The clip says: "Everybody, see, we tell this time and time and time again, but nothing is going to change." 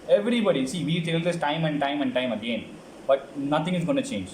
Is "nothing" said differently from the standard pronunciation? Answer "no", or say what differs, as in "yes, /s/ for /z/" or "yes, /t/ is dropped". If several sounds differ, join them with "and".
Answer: yes, /t/ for /θ/